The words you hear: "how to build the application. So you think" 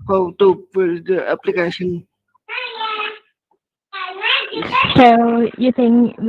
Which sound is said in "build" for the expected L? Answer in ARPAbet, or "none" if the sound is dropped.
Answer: none